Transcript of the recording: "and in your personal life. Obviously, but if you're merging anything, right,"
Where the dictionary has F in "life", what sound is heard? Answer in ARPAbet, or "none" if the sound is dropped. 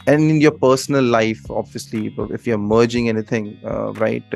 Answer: F